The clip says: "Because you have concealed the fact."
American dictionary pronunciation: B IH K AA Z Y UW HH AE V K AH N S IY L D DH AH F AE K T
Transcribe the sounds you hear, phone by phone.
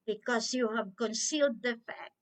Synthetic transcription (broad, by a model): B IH K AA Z Y UW HH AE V K AH N S IY L D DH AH F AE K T